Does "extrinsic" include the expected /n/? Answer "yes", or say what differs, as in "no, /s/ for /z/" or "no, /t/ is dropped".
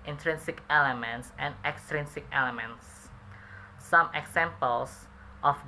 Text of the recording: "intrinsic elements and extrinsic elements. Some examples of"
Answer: yes